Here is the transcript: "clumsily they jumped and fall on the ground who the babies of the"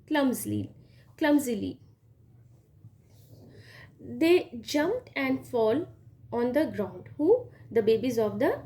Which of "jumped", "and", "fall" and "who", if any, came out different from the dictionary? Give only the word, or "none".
none